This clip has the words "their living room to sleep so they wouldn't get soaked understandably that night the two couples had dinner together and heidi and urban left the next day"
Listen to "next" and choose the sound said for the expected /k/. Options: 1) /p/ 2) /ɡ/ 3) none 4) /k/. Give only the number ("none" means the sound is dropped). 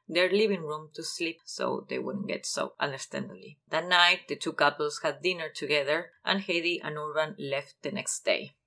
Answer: 4